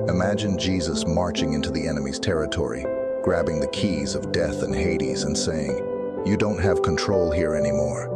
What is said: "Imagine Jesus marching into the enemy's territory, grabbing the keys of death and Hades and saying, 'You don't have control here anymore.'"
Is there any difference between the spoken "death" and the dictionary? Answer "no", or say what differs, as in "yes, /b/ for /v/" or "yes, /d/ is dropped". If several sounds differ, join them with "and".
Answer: no